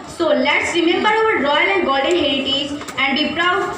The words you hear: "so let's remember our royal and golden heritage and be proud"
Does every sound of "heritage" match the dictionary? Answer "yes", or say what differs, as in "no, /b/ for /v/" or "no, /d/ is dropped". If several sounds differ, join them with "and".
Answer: no, /z/ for /dʒ/